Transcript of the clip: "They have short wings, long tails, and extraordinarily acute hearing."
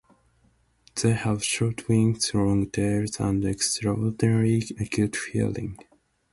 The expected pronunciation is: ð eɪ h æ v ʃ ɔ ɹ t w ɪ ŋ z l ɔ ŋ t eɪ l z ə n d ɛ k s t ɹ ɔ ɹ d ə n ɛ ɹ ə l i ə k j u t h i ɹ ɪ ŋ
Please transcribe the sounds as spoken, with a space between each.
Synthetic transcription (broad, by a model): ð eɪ h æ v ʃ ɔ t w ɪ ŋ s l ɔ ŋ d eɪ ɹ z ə n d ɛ k s t ɹ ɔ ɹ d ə n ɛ ɹ i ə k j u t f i l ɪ ŋ